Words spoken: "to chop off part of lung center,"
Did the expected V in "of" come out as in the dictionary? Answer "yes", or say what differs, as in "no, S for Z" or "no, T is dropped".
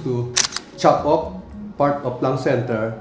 no, P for V